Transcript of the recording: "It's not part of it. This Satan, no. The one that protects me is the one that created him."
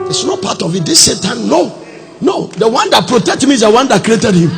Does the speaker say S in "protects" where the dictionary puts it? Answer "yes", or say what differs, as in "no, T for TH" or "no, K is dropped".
no, S is dropped